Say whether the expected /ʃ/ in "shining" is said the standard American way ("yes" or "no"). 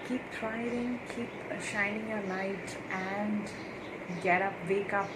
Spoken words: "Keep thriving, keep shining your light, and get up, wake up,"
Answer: yes